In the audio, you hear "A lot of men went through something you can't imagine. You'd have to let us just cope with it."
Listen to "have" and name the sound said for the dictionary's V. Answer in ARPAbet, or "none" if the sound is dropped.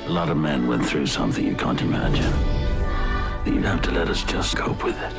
F